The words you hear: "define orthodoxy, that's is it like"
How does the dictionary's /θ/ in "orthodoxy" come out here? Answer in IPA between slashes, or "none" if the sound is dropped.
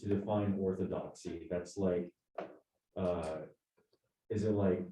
/θ/